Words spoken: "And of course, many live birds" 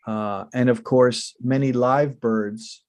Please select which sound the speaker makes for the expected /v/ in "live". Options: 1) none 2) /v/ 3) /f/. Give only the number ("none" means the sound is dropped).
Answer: 2